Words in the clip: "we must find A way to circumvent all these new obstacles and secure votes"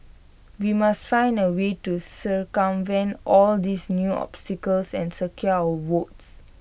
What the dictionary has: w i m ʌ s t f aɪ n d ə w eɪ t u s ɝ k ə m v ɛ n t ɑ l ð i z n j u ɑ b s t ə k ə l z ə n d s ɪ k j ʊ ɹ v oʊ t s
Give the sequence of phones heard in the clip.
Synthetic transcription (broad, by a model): w i m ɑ s t f aɪ n d ə w eɪ t u s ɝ k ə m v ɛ n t ɑ l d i s n j u ɑ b s t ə k ə l s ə n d s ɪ k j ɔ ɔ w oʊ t s